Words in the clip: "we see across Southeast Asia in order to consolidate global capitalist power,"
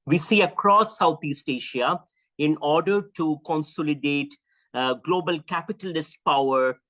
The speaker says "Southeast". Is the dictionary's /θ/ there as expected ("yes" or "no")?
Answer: no